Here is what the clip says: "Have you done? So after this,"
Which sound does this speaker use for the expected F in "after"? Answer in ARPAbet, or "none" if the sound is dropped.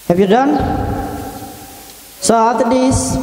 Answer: none